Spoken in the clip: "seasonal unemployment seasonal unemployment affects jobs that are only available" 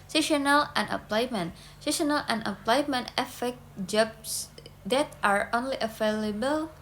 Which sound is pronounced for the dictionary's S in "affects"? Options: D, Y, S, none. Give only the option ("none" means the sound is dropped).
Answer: none